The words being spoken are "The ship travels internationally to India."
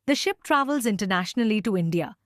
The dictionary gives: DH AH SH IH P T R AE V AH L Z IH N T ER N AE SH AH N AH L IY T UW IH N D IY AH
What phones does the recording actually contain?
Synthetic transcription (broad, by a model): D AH SH IH P T R AE V AH L Z IH N T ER N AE SH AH N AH L IY T UW IH N D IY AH